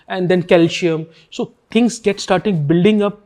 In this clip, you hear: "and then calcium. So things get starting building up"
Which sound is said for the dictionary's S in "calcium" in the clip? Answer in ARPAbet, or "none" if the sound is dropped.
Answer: SH